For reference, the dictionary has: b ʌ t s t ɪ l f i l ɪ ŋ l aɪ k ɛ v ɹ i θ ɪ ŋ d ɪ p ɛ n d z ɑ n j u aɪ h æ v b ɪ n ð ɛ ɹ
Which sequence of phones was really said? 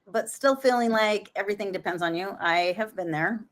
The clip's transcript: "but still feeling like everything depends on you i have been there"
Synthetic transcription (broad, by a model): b ʌ t s t ɪ l f i l ɪ ŋ l aɪ k ɛ v ɹ i θ ɪ ŋ d ɪ p ɛ n d z n j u aɪ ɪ v b ɪ n ð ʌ ɹ